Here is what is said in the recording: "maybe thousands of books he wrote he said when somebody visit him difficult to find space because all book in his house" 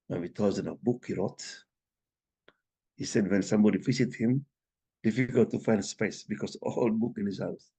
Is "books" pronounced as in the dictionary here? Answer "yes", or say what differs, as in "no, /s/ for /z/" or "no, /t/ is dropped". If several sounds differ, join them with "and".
no, /s/ is dropped